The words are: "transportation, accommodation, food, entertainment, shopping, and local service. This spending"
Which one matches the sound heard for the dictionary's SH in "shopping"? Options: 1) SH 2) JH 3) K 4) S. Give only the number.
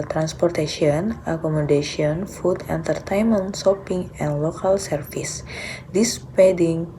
4